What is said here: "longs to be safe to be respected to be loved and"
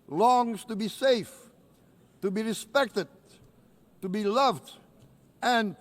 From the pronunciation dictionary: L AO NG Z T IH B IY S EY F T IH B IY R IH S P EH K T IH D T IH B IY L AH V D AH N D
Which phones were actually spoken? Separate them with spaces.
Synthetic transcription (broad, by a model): L AO NG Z T IH B IY S EY F T IH B IY R IH S P EH K T IH D T IH B IY L AH V D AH N